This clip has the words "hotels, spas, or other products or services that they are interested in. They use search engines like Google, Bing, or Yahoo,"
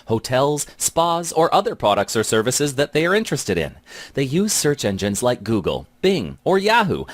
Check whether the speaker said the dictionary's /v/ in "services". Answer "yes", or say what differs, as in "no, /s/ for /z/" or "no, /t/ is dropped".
yes